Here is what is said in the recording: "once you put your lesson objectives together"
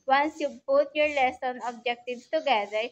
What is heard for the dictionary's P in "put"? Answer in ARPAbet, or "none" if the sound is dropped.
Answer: B